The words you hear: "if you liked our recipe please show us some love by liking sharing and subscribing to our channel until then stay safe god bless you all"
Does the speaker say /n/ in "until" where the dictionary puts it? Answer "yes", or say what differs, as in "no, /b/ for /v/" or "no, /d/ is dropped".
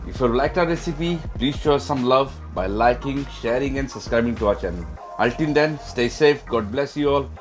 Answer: no, /l/ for /n/